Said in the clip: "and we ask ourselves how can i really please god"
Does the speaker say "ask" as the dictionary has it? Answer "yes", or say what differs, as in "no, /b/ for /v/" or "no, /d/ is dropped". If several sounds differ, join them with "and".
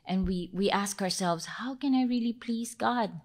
yes